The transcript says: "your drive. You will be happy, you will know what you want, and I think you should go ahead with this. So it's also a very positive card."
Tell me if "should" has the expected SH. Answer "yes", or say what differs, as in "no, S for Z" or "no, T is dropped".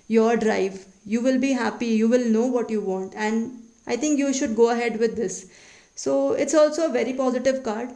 yes